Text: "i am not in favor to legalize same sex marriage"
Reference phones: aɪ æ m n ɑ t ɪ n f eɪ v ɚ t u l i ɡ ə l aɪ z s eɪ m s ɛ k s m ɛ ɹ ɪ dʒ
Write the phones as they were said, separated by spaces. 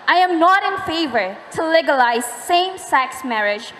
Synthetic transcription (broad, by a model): aɪ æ m n ɑ t ɪ n f eɪ v ɚ t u l i ɡ ə l aɪ z s eɪ m s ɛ k s m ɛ ɹ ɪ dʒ